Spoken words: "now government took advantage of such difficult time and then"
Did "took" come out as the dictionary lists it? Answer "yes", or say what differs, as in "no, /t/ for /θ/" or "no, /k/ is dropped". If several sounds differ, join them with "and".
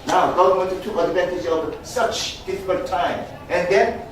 no, /k/ is dropped